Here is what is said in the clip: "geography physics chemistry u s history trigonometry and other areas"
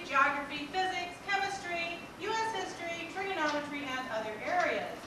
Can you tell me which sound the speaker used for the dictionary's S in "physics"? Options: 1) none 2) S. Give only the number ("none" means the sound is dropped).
2